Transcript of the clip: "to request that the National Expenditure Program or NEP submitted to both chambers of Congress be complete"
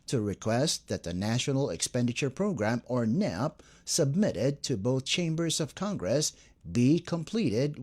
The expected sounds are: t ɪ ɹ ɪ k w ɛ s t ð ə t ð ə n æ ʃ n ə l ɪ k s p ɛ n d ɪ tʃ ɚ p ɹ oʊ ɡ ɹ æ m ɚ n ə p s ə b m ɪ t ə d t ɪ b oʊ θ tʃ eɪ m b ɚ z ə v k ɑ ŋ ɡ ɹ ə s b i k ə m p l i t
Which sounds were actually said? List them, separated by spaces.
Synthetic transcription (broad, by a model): t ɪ ɹ ɪ k w ɛ s t ð ə t ð ə n æ ʃ n l ɪ k s p ɛ n d ɪ tʃ ɚ p ɹ oʊ ɡ ɹ æ m ɚ n ə p s ə b m ɪ t ə d t ɪ b oʊ θ tʃ eɪ m b ɚ z ə v k ɑ ŋ ɡ ɹ ə s b i k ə m p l i t